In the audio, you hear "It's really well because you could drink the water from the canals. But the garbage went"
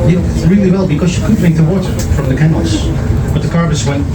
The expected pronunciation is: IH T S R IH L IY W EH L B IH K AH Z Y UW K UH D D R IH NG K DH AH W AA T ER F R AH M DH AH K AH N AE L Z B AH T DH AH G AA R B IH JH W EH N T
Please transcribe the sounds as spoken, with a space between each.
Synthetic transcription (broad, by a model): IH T R IH L IY W EH L B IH K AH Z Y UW K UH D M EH IH K DH AH W AA T ER F R AH M DH AH K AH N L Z B AH T DH AH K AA R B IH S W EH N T